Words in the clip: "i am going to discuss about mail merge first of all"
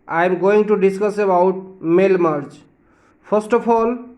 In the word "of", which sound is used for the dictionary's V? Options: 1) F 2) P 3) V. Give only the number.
2